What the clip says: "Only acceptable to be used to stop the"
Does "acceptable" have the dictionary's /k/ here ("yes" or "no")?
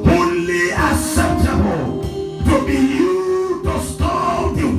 no